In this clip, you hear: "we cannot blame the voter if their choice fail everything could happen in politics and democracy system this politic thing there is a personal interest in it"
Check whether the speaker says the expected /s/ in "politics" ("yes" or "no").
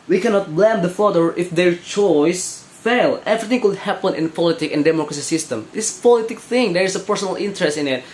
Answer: no